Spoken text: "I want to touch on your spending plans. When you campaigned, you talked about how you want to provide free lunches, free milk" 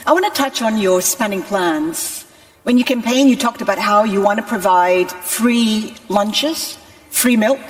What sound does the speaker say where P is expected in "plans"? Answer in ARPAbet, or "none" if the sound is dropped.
P